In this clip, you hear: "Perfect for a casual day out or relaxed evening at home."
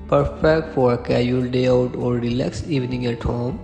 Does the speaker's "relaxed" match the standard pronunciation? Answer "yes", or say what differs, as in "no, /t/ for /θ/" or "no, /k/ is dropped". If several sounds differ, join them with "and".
no, /t/ is dropped